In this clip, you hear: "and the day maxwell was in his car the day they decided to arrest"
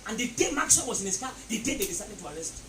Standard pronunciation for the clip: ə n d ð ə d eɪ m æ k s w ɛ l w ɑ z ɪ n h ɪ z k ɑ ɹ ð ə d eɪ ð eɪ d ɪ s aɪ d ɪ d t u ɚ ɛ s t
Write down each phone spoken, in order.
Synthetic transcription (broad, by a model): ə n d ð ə d eɪ m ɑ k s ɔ n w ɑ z ɪ n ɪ s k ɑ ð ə d eɪ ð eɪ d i s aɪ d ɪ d t u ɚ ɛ s t